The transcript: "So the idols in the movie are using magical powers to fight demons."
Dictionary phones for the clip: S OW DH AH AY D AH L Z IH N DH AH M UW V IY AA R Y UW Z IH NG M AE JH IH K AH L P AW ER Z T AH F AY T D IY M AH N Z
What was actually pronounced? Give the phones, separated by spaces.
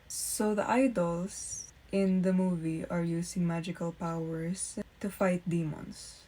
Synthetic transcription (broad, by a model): S OW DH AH AY D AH L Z IH N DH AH M UW V IY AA R Y UW S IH NG M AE JH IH K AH L P AW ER S T AH F AY T D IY M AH N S